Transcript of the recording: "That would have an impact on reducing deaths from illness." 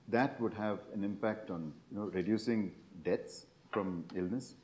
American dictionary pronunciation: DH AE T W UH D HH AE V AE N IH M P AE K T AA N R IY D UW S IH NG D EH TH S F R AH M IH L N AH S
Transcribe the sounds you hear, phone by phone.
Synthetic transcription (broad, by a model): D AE T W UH D HH AE V AE N IH M P AE K T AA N R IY D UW S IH NG D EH T S F R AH M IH L N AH S